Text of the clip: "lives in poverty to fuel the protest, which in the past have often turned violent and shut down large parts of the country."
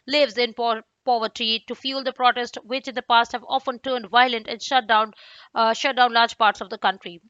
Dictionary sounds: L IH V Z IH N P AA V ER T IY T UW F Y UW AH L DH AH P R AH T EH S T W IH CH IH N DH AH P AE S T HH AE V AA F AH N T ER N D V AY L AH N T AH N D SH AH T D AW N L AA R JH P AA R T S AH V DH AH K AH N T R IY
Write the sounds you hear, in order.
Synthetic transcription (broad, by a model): L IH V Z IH N P AA V ER T IY T UW F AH L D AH P R AH T EH S T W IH CH IH N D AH P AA S T HH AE V AA F AH N T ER N D V AY L AH N T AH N D SH AH T D AW N L AA R JH P AA R T S AH V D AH K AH N T R IY